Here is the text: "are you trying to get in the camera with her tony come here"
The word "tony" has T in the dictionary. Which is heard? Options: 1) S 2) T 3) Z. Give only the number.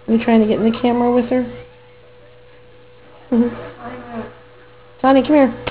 1